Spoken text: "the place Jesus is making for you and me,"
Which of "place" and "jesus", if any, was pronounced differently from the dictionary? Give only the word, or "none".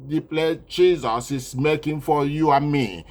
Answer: place